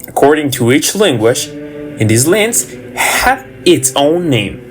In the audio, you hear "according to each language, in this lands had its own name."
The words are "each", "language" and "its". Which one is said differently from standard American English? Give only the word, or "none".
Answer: language